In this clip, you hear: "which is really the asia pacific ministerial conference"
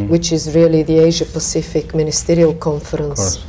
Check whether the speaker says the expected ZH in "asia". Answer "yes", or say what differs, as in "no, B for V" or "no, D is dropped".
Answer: yes